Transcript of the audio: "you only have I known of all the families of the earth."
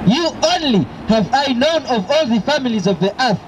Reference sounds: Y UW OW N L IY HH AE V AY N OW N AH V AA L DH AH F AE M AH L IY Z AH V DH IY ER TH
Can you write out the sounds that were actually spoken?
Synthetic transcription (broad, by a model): Y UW OW N L IY HH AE V AY N OW N AH V AA L DH AH F AE M AH L IY Z AH V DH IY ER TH